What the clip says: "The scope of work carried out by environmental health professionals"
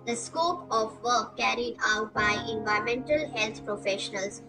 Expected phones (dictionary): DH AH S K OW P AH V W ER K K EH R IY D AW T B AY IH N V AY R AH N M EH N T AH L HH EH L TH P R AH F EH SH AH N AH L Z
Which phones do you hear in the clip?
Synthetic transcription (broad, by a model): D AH S K OW P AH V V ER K K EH R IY D AW T B AY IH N V AY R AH M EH N T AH L HH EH L T P R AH F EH SH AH N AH L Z